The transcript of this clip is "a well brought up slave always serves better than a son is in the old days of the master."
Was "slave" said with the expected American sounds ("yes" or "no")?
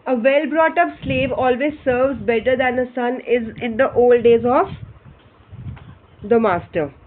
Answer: yes